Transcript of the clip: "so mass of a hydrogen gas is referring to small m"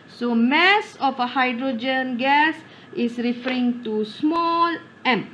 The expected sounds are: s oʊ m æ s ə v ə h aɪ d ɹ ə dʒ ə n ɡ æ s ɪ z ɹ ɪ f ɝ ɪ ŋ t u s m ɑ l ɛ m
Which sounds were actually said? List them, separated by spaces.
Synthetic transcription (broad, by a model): s oʊ m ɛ s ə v ə h aɪ d ɹ ə dʒ ə n ɡ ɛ s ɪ s ɹ ɪ f ɝ ɪ ŋ t u s m ɑ l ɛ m